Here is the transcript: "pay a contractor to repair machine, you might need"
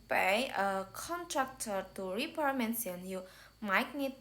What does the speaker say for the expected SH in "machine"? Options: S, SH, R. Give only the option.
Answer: S